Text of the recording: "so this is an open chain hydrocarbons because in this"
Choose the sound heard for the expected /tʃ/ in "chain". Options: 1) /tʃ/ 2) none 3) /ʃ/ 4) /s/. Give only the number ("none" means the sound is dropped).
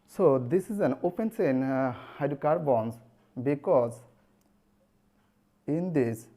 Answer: 4